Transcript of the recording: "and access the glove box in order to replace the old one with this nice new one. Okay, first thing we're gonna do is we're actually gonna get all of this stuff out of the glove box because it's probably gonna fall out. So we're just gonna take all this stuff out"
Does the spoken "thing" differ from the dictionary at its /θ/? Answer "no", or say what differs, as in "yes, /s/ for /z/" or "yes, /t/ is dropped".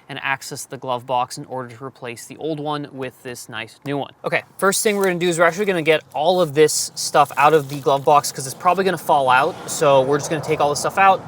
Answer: no